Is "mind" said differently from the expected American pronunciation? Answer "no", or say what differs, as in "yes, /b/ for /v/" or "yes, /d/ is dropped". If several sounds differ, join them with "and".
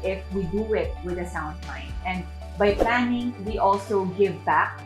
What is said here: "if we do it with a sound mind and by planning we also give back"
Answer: yes, /d/ is dropped